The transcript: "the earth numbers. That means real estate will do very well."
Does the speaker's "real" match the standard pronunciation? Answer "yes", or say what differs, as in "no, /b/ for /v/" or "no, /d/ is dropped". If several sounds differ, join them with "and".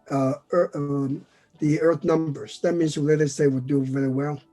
no, /l/ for /ɹ/